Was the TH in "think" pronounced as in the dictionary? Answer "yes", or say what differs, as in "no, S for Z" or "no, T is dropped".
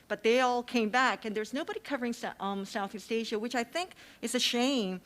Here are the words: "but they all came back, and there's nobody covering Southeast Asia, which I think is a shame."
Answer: yes